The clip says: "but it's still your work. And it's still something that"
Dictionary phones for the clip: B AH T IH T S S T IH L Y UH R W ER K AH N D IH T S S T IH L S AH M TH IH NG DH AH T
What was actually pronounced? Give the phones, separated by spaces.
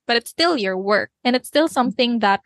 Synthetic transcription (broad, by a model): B AH T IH T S S T IH L Y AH R W ER K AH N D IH T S S T IH L S AH M TH IH NG DH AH T